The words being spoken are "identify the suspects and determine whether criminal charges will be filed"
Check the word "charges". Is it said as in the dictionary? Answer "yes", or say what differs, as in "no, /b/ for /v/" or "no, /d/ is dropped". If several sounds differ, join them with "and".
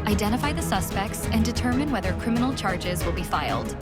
yes